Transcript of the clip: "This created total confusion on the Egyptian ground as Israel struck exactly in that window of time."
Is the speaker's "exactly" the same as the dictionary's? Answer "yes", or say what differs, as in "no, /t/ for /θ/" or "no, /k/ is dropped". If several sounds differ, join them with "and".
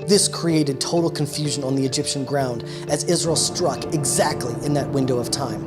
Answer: yes